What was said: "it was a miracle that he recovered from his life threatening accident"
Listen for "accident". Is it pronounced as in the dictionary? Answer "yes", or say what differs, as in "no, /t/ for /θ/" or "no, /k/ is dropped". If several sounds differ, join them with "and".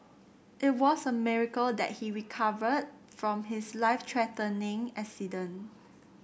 no, /t/ is dropped